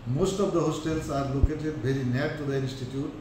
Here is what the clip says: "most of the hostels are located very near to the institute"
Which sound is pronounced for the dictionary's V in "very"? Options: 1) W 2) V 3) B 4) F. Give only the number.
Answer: 3